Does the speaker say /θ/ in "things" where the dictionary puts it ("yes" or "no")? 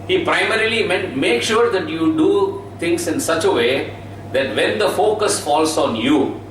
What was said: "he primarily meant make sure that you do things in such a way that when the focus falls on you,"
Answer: no